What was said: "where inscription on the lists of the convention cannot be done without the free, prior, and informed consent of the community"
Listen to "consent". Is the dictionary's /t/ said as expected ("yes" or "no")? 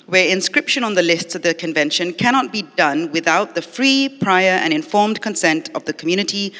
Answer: yes